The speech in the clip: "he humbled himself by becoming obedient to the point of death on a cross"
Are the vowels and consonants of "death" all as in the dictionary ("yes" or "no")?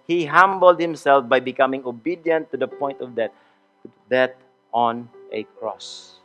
no